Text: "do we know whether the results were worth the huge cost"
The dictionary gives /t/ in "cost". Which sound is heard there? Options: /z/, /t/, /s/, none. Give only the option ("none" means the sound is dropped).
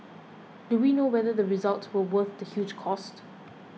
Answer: /t/